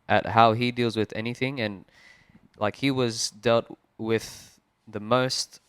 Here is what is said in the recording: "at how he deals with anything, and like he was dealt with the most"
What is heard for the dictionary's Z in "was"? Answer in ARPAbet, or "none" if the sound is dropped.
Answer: Z